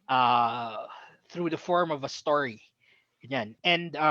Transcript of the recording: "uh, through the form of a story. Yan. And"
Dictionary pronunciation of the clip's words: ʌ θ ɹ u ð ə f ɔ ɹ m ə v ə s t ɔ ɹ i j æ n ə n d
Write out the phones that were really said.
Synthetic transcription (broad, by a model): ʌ θ ɹ u ð ə f ɔ ɹ m ə v ə s t ɔ ɹ i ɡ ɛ n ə n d